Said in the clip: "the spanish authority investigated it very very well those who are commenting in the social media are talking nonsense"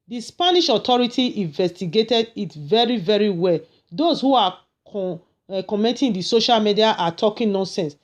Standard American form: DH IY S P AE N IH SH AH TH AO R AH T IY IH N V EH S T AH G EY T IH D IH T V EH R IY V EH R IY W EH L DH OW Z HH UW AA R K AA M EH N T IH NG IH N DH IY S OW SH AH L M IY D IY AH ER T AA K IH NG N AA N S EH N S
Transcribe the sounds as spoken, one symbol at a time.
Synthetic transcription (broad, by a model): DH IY S P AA N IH SH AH T AO R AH T IY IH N V EH S T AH G EY T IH D IH T V EH R IY V EH R IY W EH L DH OW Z HH UW AA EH K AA M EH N T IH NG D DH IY S OW SH AH L M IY D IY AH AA T AA K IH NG N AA N S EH N S